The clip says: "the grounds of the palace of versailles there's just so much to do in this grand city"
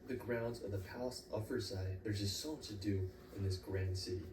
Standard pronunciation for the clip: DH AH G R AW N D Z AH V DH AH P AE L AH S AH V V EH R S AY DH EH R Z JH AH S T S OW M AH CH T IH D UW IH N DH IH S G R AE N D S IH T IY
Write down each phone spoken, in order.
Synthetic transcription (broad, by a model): DH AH G R AW N D Z AH V DH AH P AE L AH S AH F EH R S AY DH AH R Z JH AH S T S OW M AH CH T IH D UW IH N DH IH S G R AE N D S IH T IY